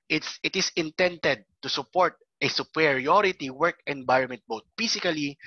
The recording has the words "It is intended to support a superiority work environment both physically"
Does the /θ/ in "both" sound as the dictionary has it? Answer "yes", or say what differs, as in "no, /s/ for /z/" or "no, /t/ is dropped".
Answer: no, /t/ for /θ/